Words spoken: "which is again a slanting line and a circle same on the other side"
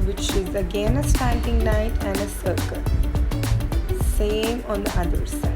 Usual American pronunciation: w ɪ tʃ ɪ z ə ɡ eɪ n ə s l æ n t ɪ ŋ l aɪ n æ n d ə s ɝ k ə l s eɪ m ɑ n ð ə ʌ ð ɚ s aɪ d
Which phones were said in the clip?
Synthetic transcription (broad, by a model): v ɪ tʃ ɪ z ə ɡ eɪ n ə s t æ n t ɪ ŋ n aɪ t æ n d ə s ɝ k ə l s eɪ m ɑ n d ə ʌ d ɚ s aɪ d